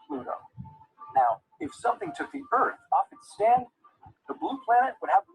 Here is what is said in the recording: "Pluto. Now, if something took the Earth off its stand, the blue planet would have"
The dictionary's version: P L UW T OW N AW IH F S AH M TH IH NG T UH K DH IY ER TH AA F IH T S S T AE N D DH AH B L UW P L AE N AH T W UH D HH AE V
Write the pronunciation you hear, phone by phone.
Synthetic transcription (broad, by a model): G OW N AW IH F S AH M TH IH NG T UH K DH IY ER TH AA F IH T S S T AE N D DH AH B L UW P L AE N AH T W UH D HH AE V